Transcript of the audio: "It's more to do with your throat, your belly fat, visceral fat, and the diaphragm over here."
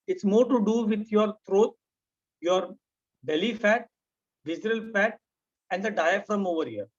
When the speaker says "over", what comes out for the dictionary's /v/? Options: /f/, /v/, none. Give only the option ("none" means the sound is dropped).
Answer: /v/